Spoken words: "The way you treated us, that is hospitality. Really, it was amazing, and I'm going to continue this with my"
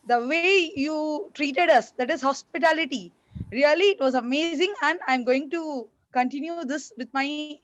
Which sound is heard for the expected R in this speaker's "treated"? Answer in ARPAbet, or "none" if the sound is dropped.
R